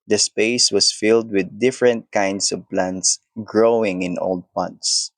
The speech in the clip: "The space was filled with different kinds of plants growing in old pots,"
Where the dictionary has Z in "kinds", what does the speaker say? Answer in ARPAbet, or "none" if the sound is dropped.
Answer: S